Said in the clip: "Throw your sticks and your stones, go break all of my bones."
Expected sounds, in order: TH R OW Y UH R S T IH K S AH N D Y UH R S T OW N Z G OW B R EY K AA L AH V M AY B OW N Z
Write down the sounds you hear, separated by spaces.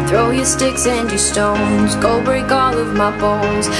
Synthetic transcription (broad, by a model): TH R OW Y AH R S T IH K S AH N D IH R S T OW N Z G OW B EY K AA L AH V M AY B OW N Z